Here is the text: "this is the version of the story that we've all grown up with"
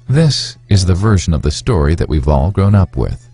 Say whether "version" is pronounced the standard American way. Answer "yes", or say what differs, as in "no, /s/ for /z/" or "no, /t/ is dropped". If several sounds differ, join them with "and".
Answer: yes